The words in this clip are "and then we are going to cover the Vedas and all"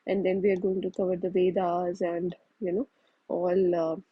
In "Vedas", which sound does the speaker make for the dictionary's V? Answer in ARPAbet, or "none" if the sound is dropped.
V